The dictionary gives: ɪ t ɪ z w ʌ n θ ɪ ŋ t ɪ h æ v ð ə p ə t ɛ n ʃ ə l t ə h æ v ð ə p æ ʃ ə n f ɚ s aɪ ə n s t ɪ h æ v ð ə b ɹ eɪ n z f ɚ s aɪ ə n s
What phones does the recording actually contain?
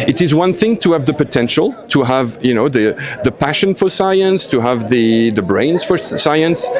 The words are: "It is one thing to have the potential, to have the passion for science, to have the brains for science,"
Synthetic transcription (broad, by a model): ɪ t ɪ z w ʌ n θ ɪ ŋ t ɪ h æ v ð ə p ə t ɛ n ʃ ə l t ə h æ v ð ə p æ ʃ ə n f ɚ s aɪ ə n s t ɪ h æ v ð ə b ɹ eɪ n z f ɚ s aɪ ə n s